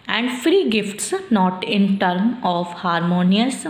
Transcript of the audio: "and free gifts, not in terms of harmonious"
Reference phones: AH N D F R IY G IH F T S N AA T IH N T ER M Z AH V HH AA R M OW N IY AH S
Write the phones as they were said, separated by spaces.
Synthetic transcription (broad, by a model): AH N D F R IY G IH F T S N AA T IH N T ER M AH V HH AA R M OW N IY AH S